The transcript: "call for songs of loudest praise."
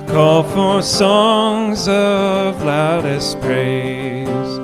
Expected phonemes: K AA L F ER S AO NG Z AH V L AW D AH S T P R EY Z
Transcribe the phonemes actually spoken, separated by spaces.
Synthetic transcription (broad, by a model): K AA L F ER S AO NG Z AH V L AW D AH S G R EY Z